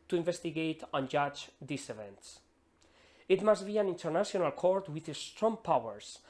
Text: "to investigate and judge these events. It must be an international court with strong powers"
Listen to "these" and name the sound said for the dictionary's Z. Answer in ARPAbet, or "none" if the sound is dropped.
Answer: S